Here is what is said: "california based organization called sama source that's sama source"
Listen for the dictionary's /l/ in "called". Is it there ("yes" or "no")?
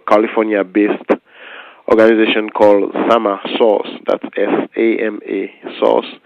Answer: yes